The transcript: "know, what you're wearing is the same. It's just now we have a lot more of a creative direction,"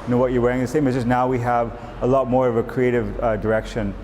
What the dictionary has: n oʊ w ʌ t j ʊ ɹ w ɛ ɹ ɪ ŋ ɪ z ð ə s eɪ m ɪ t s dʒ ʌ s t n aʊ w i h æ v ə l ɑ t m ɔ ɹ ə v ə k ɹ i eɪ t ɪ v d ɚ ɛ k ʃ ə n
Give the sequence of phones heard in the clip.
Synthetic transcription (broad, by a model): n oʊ w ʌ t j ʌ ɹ w ɛ ɹ ɪ ŋ ð ə s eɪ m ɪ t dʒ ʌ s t n aʊ w i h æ v ə l ɑ t m ɔ ɹ ə v ə k ɹ i eɪ t ɪ v d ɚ ɛ k ʃ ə n